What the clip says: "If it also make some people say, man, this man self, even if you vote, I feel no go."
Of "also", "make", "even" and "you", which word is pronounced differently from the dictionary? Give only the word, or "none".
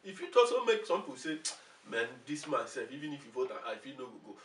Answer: also